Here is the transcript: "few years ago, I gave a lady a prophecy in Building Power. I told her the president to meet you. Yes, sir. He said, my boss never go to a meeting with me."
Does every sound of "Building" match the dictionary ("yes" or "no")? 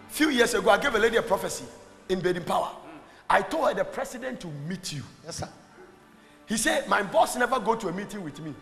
no